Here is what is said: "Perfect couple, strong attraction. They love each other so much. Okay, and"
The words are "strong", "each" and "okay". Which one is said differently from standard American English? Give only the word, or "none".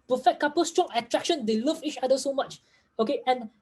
none